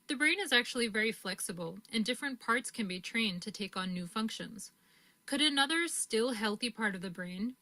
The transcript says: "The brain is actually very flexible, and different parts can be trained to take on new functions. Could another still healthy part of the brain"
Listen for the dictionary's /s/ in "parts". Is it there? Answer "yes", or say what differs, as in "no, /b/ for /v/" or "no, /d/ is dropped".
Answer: yes